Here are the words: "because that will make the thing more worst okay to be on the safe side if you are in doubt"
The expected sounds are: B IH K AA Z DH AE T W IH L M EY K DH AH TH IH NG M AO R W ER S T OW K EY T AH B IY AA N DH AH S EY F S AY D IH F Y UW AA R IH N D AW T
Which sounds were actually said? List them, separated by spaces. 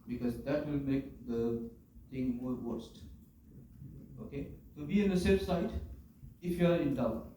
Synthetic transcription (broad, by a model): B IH K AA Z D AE T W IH L M EY K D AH T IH NG M AO R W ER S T OW K EY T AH B IY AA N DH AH S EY S AY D IH F Y UW AA R IH N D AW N